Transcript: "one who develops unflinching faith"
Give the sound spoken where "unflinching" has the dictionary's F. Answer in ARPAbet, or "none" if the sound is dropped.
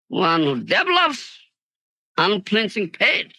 P